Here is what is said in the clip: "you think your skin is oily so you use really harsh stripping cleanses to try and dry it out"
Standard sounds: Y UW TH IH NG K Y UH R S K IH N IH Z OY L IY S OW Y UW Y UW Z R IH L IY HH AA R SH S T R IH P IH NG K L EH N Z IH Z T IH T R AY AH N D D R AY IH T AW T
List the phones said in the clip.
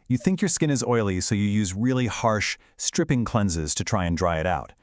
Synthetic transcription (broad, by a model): Y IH TH IH NG K Y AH R S K IH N IH Z OY L IY S OW Y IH Y UW Z R IH L IY HH AA R SH S T R IH P IH NG K L EH N Z IH Z T IH T R AY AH N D D R AY IH T AW T